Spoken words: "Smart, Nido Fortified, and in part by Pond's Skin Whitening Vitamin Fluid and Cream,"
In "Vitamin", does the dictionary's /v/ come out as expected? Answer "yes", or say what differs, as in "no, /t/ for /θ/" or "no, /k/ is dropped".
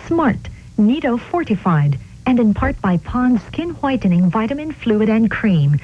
yes